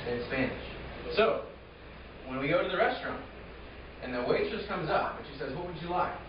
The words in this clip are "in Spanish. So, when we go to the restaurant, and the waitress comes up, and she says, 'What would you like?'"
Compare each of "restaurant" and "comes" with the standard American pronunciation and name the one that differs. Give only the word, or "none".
none